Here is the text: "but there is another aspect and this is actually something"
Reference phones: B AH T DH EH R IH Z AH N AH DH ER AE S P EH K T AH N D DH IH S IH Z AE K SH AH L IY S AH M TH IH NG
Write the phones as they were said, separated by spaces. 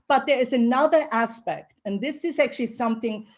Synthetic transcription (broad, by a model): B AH T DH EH R IH Z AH N AH DH ER AE S P EH K T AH N DH IH S IH Z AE K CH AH L IY S AH M TH IH NG